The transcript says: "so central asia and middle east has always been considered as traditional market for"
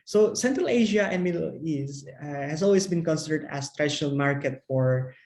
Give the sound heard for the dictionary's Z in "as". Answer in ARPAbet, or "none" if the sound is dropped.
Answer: S